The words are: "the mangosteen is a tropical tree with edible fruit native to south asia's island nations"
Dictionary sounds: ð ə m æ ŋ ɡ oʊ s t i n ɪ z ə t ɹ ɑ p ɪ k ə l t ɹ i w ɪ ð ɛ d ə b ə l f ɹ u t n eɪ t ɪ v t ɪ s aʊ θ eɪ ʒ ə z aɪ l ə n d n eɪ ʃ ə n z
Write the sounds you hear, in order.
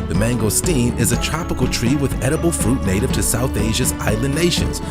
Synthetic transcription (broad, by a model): ð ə m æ ŋ ɡ oʊ s t i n ɪ z ə t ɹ ɑ p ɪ k l t ɹ i w ɪ ð ɛ d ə b l f ɹ u t n eɪ t ɪ v t ɪ s aʊ θ eɪ ʒ ə z aɪ l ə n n eɪ ʃ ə n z